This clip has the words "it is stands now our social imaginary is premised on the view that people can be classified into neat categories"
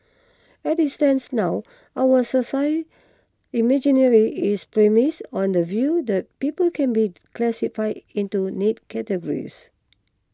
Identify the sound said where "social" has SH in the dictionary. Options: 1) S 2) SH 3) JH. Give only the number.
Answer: 1